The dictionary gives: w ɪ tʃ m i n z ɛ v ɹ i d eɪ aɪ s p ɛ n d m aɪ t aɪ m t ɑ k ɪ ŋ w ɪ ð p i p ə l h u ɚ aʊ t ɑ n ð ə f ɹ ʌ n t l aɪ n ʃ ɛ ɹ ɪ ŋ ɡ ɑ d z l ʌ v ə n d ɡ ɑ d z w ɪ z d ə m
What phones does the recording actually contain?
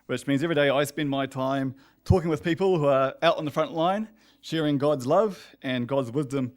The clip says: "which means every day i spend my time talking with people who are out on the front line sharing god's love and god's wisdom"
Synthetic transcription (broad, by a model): w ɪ tʃ m i n z ɛ v ɹ i d eɪ aɪ s p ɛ n m aɪ t aɪ m t ɑ k ɪ ŋ w ɪ ð p i p ə l h u ɚ aʊ t n ð ə f ɹ ʌ n t l aɪ n ʃ ɛ ɹ ɪ ŋ ɡ ɑ d z l ʌ v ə n ɡ ɑ d z w ɪ z d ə m